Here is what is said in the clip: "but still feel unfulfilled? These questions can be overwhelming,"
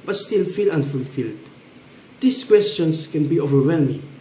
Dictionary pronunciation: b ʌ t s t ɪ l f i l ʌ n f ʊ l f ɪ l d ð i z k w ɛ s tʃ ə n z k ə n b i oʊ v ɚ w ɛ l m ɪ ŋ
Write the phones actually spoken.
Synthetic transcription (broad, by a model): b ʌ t s t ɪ l f i l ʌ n f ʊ l f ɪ l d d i s k w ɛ s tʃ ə n s k ə n b i oʊ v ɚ w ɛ l m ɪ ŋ